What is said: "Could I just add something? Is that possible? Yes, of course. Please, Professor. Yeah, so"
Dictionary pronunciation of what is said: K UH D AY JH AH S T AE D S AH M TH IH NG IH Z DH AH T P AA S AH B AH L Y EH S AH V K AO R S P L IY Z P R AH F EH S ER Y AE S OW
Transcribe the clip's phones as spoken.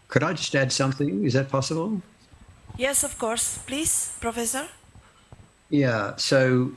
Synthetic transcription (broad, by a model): K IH D AY JH AH S T AE D S AH M TH IH NG IH Z DH AH T P AA S AH B AH L Y EH S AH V K AO R S P L IY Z P R AH F EH S ER Y AE S OW